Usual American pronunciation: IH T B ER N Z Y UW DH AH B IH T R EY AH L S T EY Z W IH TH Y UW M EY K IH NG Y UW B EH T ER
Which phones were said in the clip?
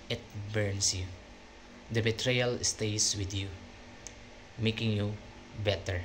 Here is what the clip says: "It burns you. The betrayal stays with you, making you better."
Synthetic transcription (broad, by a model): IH T B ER N S Y UW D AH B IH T R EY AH L S T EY S W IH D Y UW M EY K IH NG Y UW B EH T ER